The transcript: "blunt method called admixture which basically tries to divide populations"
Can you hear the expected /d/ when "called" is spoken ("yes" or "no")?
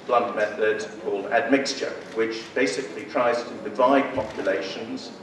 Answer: yes